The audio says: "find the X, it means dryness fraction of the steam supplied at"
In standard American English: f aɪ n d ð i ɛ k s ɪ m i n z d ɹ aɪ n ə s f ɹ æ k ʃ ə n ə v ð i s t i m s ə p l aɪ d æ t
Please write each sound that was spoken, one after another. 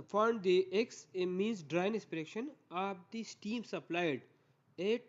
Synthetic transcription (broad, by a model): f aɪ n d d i ɛ k s m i n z d ɹ aɪ n ə s p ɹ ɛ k ʃ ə n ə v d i s t i m s ə p l aɪ d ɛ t